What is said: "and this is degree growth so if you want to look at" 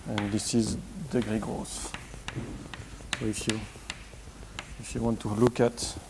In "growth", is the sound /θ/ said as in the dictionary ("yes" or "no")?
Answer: no